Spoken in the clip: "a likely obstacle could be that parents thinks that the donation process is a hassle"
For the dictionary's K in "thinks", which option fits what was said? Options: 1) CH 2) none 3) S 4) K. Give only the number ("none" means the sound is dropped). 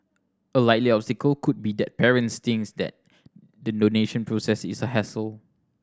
2